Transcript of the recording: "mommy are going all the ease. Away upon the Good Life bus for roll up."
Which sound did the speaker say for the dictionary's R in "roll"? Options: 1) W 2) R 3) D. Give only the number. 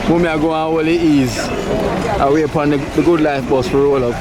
1